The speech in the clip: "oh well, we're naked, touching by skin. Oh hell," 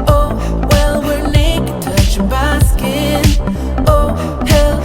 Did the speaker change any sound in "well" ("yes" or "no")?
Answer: no